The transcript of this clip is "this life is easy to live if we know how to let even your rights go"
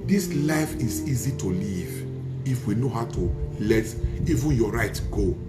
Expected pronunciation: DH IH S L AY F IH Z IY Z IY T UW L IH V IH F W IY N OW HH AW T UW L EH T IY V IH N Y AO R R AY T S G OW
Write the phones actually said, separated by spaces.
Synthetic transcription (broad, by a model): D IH S L AY F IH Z IY Z IY T UW L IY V IH F W IY N OW HH AW T UW L EH T IY V IH N Y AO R R AY T G OW